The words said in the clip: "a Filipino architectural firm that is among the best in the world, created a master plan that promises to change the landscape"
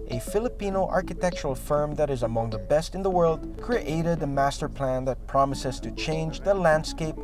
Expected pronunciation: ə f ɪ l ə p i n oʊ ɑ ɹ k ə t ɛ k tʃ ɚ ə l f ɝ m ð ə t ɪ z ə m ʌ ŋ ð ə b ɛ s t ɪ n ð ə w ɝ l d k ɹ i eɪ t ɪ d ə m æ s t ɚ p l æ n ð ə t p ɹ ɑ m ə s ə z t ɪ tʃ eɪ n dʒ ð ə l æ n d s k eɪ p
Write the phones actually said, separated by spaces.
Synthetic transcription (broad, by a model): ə f ɪ l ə p i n oʊ ɑ ɹ k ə t ɛ k tʃ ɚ l f ɝ m ð ə t ɪ z ə m ʌ ŋ ð ə b ɛ s t ɪ n ð ə w ɝ l d k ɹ i eɪ t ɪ d ə m æ s t ɚ p l æ n ð ə t p ɹ ɑ m ə s ə z t ɪ tʃ eɪ n dʒ ð ə l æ n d s k eɪ p